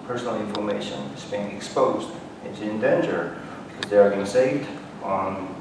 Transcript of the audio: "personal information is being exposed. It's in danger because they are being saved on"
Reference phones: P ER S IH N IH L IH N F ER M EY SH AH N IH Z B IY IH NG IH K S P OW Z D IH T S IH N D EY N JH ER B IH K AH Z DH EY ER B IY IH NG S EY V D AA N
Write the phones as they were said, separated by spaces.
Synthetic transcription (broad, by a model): P ER S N L IH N F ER M EY SH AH N IH Z B IY IH NG IH K S P OW Z D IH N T IH N D EY N JH ER B IH K AH Z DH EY ER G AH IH S EY V D N